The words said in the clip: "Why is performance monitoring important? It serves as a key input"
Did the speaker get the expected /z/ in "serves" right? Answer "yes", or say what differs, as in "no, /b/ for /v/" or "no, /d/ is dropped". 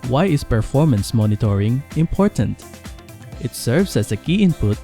no, /s/ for /z/